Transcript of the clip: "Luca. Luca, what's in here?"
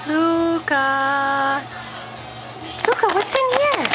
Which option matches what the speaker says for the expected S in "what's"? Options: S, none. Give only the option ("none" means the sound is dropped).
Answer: none